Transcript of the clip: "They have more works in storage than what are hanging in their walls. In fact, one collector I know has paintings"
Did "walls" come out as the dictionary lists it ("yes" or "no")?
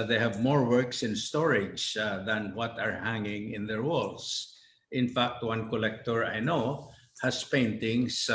no